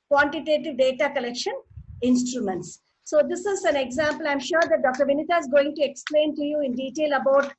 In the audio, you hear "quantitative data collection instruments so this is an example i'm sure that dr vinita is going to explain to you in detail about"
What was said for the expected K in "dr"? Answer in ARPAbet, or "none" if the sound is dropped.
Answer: K